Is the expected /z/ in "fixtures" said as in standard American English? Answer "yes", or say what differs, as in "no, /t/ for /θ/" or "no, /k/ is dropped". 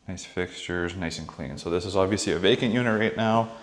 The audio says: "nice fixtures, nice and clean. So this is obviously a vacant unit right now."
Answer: yes